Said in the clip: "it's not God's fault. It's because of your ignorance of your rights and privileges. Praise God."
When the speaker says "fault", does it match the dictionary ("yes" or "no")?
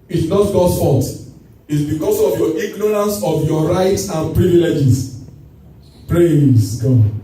no